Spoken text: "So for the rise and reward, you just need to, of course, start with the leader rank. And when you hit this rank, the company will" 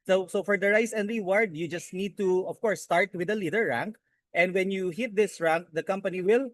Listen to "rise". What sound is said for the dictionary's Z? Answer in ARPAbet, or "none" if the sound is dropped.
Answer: S